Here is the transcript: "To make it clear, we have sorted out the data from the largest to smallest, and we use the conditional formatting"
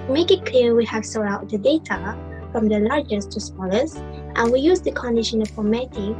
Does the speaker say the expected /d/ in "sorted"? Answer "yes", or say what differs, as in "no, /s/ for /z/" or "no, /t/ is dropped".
no, /d/ is dropped